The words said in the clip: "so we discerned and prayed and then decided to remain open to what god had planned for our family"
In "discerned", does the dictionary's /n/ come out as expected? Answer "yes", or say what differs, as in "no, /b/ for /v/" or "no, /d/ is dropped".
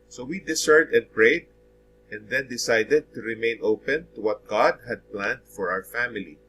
no, /n/ is dropped